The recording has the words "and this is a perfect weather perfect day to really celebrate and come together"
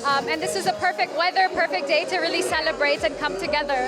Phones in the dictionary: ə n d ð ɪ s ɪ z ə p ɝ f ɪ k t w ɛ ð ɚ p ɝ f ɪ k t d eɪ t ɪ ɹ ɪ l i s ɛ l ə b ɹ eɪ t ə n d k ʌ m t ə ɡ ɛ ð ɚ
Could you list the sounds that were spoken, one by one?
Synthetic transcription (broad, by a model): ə n ð ɪ s ɪ z ə p ɝ f ɪ k t w ɛ ð ɚ p ɝ f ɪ k d eɪ t ɪ ɹ ɪ l i s ɛ l ə b ɹ eɪ t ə n k ʌ m t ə ɡ ɛ ð ɚ